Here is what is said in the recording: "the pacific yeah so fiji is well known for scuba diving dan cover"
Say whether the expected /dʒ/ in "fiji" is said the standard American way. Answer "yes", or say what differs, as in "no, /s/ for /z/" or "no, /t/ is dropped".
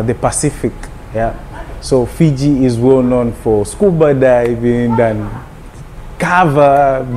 yes